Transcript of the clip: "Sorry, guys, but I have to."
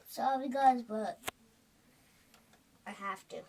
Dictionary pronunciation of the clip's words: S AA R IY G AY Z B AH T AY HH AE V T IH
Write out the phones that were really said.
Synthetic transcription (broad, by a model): S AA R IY G AY Z B AH T AY HH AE F T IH